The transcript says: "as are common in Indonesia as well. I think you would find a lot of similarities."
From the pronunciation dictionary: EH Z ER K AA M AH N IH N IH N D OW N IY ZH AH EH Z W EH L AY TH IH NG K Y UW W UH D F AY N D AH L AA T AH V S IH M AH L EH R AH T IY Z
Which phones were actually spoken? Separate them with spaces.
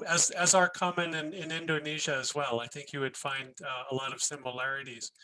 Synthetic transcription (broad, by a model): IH Z ER K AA M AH N IH N IH N D OW N IY ZH AH Z W EH L AY TH IH NG K Y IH W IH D F AY N D AH L AA T AH V S IH M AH L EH R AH T IY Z